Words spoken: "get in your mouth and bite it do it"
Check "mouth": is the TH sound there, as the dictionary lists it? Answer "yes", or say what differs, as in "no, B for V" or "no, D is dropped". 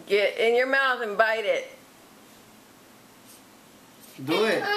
yes